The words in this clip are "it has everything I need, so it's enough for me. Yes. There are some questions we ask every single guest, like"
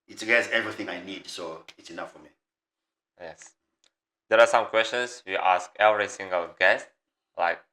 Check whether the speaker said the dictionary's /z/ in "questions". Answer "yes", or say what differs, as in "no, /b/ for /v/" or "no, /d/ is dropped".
no, /s/ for /z/